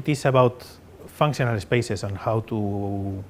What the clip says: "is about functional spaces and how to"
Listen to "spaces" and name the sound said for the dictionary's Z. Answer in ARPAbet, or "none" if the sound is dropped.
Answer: S